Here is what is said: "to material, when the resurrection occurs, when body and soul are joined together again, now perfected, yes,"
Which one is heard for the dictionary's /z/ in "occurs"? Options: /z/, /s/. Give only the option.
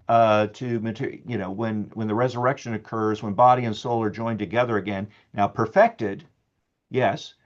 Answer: /z/